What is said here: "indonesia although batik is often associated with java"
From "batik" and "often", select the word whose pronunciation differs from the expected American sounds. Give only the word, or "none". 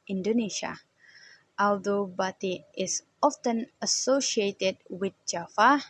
batik